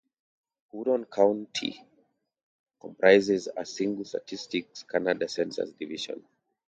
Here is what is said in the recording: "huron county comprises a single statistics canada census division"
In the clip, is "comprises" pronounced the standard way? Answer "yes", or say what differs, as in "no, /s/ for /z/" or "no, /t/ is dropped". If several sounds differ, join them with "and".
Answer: yes